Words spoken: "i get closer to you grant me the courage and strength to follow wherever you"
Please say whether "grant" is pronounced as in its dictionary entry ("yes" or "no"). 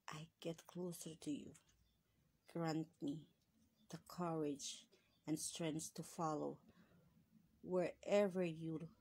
yes